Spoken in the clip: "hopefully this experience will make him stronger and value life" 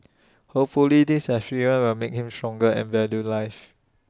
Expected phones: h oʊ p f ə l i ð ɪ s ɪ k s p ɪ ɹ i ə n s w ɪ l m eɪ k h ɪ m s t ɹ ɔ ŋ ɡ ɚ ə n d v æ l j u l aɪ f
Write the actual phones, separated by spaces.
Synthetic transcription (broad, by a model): h oʊ p f ə l i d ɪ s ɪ s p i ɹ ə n w ɪ l m eɪ k h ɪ m s t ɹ ɔ ŋ ɡ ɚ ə n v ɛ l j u l aɪ f